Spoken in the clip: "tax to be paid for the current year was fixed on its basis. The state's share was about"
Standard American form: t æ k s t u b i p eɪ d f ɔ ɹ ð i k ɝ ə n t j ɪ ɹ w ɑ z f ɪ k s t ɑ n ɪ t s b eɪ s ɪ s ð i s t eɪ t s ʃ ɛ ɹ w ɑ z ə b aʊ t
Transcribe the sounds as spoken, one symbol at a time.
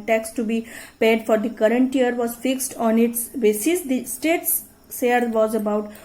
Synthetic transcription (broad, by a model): t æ k s t u b i p eɪ d f ɔ ɹ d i k ɝ ə n t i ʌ ɹ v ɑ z f ɪ k s t ɑ n ɪ t s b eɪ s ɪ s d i s t eɪ t s s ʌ ɹ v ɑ z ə b aʊ t